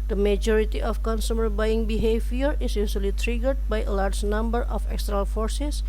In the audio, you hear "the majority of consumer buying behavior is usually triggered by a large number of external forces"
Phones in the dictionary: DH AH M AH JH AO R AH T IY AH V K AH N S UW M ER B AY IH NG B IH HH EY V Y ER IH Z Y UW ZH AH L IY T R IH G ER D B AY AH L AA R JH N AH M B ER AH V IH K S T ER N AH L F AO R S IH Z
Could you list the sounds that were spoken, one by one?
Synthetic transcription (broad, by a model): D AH M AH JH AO R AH T IY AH F K AH N S UW M ER B AY IH NG B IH HH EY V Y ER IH S Y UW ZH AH L IY T R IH G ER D B AY AH L AA R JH N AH M B ER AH F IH K S T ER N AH L F AO R S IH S